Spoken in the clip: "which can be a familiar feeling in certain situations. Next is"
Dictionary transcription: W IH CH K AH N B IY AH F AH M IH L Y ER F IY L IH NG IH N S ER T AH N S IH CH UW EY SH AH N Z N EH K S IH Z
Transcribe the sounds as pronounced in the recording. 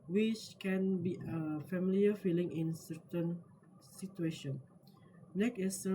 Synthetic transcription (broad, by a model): W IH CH K AH N B IY AH F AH M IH L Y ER F IY L IH NG IH N S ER T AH N S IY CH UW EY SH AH N N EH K IH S